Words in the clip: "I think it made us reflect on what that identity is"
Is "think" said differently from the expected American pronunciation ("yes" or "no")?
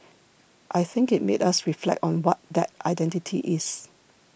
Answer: no